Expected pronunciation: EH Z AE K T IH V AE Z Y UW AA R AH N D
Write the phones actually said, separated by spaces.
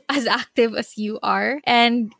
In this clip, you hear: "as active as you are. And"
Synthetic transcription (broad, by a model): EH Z AE K T IH V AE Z Y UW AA R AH N D